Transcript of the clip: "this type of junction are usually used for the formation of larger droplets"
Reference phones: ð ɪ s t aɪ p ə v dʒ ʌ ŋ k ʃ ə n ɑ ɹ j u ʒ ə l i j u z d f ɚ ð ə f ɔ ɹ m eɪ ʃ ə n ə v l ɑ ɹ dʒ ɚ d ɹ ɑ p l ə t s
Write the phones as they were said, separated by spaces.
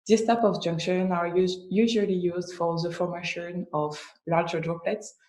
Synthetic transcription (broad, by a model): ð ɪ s t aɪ p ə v dʒ ʌ ŋ k ʃ ə n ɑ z j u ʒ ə l i j u z d f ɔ ð ə f ɔ ɹ m eɪ ʃ ə n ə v l ɑ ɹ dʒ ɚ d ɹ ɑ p l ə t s